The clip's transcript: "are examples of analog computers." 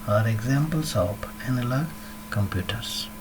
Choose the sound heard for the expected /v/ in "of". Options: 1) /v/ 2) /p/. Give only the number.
2